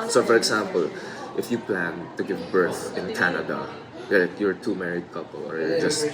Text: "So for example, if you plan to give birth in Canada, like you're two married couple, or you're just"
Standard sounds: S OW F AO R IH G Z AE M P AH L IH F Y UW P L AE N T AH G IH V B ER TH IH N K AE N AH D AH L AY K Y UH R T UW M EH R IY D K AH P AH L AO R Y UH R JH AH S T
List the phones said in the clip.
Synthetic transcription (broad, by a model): S OW F AO R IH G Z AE M P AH L IH F Y UW P L AE N T AH G IH V B ER TH IH N K AE N AH D AH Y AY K Y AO R T UW M EH R IY D K AH P AH L AO R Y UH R JH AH S T